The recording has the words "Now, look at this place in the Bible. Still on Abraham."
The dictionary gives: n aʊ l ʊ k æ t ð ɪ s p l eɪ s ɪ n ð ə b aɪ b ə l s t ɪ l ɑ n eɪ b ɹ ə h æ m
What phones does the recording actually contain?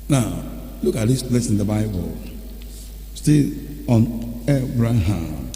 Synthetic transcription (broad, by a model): n aʊ l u k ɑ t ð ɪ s b l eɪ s ɪ n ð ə b aɪ b ə l s t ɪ ɑ n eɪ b ɹ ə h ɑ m